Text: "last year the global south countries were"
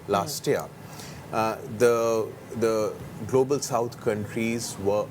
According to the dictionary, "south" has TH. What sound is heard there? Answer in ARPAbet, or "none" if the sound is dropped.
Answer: T